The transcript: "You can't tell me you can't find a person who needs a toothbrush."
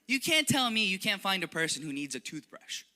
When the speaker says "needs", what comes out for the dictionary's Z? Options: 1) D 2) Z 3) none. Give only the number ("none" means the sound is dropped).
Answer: 2